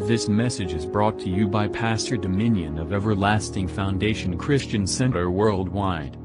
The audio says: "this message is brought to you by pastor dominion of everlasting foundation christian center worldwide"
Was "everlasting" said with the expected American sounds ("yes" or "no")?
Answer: yes